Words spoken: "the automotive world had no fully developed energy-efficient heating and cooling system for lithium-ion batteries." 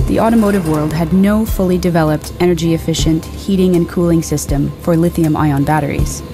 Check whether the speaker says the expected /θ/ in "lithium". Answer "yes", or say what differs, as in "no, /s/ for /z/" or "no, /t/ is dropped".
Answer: yes